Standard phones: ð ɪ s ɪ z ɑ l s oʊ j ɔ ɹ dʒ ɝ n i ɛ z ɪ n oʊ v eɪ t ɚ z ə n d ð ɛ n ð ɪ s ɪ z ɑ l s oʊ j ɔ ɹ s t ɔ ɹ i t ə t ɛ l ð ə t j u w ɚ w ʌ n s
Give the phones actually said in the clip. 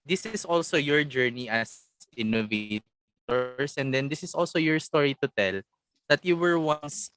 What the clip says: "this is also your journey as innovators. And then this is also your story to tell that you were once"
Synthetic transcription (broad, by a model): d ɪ s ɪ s ɑ l s oʊ j ɔ ɹ dʒ ɝ n i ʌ s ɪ n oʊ v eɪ t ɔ s ə n d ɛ n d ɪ s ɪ s ɑ l s oʊ j ɔ ɹ s t ɔ ɹ i t ə t ɛ l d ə t j u w ɚ w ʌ n s